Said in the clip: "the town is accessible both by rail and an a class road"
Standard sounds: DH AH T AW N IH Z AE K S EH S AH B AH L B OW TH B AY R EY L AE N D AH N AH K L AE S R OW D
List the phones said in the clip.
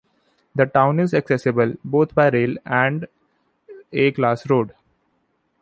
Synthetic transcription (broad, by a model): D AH T AW N IH Z AE K S EH S AH B AH L B OW T B AY R EY L AE N D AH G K L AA S R OW D